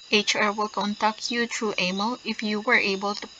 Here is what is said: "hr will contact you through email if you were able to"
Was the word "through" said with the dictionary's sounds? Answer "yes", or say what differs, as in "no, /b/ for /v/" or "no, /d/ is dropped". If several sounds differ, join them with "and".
no, /t/ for /θ/